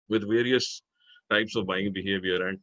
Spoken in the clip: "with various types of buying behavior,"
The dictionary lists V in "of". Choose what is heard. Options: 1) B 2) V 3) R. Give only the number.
2